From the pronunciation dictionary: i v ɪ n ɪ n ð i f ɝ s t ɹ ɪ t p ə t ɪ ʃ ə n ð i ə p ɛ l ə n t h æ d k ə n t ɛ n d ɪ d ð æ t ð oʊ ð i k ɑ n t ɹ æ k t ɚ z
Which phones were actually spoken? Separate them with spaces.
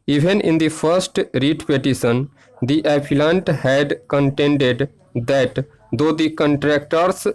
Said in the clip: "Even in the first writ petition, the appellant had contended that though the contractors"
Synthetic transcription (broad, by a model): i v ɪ n ɪ n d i f ɝ s t ɹ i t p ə t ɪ s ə n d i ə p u l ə n t h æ d k ə n t ɛ n d ɪ d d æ t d oʊ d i k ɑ n t ɹ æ k t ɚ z